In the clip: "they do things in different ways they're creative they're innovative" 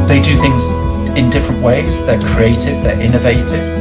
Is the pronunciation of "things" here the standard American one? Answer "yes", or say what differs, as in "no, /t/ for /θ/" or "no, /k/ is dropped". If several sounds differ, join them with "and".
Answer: yes